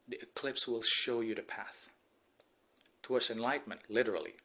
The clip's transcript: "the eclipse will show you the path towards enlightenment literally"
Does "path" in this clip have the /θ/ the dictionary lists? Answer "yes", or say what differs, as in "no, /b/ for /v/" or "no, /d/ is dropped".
yes